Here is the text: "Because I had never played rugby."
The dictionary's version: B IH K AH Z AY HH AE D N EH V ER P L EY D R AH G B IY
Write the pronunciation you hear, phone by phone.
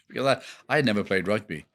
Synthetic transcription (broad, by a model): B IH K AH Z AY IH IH D N EH V ER P L EY D R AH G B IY